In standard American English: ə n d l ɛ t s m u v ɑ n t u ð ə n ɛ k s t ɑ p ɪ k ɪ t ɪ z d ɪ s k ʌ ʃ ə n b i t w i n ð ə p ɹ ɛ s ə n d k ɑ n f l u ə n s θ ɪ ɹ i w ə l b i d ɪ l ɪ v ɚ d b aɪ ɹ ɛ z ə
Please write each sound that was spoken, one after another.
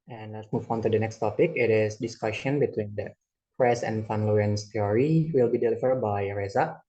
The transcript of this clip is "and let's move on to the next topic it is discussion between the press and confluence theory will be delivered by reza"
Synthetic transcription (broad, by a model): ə n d l ɛ t s m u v ɑ n t u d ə n ɛ k s t ɑ p ɪ k ɪ t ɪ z d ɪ s k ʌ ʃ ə n b i t w i n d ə p ɹ ɛ s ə n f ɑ n l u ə n s t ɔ ɹ i w ə l b i d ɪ l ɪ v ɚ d b aɪ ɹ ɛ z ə